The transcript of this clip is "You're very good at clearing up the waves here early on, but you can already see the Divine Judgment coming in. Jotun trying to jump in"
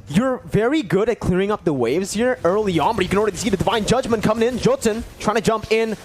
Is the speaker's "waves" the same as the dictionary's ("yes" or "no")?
yes